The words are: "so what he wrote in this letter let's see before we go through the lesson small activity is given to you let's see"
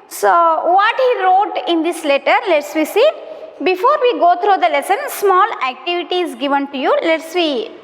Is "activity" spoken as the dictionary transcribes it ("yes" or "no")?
yes